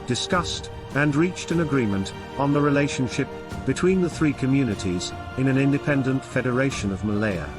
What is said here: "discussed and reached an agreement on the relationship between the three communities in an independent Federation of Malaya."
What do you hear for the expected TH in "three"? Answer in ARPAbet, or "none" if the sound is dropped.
TH